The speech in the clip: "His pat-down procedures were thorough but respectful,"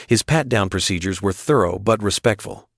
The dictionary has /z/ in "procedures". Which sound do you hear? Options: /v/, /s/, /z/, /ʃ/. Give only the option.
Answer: /z/